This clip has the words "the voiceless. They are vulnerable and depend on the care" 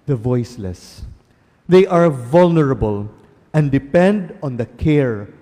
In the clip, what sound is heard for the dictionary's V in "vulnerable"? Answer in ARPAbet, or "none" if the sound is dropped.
V